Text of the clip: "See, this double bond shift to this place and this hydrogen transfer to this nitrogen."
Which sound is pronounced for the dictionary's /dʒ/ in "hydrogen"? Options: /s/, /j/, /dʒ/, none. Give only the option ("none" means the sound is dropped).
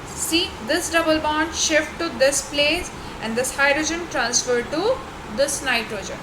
/dʒ/